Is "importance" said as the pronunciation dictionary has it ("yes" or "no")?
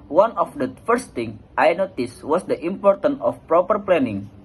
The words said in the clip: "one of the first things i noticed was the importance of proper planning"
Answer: no